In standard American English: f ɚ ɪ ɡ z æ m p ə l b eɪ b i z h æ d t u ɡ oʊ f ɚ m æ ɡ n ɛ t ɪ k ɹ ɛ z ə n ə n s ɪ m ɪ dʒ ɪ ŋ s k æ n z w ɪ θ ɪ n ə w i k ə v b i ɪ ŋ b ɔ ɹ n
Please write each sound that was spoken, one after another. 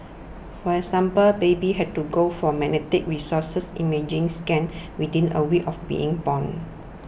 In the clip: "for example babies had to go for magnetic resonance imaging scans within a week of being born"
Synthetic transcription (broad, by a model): f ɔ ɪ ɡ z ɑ m p ə l b eɪ b i h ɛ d t u ɡ oʊ f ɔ m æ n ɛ t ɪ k ɹ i s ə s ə s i m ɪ dʒ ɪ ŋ s k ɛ n w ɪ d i n ə w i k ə f b i ɪ ŋ b ɔ n